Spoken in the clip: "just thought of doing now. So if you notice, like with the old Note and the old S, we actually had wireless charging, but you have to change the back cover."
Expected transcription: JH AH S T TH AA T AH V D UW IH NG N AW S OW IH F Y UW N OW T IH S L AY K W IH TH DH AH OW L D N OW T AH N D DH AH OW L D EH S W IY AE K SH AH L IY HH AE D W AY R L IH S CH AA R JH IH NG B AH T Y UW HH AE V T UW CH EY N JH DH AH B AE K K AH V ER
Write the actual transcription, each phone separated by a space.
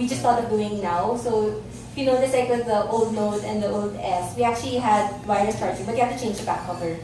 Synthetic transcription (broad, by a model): JH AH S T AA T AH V D UW IH NG N AW S OW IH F Y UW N OW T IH S L AY K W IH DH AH OW L D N OW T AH N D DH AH OW L D EH S W IY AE K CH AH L IY HH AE D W AY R IH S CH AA R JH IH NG B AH T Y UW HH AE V T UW CH EY N JH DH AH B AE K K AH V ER